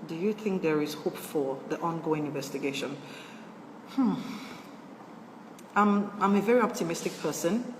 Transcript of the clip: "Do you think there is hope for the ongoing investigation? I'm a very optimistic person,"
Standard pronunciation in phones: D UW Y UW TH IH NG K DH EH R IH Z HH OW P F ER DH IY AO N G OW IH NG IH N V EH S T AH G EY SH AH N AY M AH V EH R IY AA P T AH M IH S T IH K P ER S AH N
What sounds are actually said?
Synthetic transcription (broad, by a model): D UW Y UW TH IH NG K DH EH R IH Z HH OW P F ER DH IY AO N G OW IH NG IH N V EH S T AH G EY SH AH N AY M AH V EH R IY AA P T AH M IH S T IH K P ER S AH N